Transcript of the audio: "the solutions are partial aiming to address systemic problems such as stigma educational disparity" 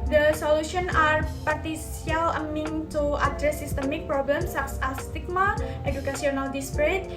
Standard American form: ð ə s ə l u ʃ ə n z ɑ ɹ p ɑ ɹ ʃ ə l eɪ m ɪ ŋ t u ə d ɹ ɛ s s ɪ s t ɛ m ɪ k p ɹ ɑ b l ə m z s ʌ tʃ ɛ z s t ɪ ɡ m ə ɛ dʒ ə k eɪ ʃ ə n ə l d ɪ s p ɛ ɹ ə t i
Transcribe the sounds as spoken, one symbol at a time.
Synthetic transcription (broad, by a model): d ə s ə l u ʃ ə n ɑ ɹ p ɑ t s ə l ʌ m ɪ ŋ t u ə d ɹ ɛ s s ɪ s t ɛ m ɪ k p ɹ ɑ b l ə m s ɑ s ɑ s t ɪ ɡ m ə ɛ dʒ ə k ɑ s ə n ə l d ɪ s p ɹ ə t